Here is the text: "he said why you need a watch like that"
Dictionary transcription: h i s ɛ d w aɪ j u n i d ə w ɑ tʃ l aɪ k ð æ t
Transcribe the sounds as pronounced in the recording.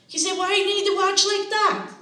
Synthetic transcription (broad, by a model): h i s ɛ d w aɪ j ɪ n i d ə w ɑ tʃ l aɪ k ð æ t